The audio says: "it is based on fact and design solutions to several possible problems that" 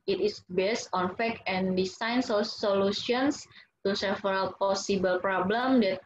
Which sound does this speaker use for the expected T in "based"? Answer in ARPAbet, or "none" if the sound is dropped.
T